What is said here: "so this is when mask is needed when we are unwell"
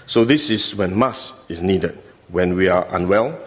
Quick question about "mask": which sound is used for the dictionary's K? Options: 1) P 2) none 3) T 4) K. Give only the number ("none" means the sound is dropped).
2